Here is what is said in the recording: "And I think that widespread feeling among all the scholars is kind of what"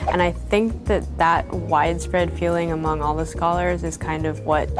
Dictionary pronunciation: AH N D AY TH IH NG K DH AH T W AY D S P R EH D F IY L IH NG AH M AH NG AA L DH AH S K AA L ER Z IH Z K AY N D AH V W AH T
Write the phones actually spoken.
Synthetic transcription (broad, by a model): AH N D AY TH IH NG K DH AH T W AY D S P R EH D F IY L IH NG AH M AH NG AA L DH AH S K AA L ER Z IH Z K AY N D AH V W AH T